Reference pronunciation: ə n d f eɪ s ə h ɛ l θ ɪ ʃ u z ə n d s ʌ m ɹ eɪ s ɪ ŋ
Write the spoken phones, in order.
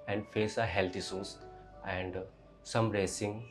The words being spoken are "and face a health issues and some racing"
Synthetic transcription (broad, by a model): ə n d f eɪ s ə h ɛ l t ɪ s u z ə n d s ʌ m ɹ eɪ s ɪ ŋ